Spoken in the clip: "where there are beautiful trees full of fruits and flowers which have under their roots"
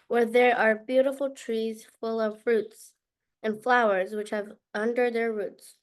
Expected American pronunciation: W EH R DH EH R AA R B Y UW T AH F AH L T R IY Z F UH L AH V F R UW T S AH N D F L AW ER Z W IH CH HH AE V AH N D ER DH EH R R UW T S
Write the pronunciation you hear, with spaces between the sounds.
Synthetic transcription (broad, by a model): W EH R DH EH R AA R B Y UW T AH F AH L T R IY Z F UH L AH V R UW T S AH N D F L AW ER Z W IH CH HH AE V AH N D ER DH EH R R UW T S